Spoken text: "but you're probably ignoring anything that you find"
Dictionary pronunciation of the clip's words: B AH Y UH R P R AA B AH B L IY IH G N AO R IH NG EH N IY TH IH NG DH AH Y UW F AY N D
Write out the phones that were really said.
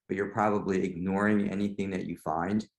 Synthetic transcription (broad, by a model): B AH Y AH R P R AA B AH B L IY IH G N AO R IH NG EH N IY TH IH NG DH AH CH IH F AY N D